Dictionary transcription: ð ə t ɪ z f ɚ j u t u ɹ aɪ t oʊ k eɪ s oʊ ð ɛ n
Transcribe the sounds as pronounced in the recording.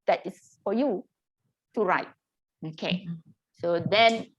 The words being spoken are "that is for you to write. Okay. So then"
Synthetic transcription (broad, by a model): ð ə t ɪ s f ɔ j u t u ɹ aɪ t oʊ k eɪ s oʊ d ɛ n